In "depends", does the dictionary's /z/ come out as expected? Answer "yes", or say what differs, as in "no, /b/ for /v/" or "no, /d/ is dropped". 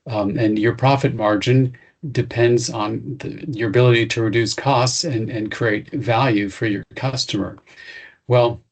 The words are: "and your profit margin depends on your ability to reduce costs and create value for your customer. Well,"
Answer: yes